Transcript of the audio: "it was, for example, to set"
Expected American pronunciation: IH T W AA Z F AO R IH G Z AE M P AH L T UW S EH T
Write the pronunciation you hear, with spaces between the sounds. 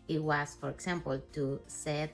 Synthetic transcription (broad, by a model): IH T W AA S F AO R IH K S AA M P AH L T UW S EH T